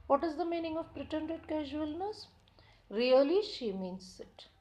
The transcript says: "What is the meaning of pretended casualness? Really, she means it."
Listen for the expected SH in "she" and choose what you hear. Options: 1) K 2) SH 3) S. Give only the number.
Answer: 2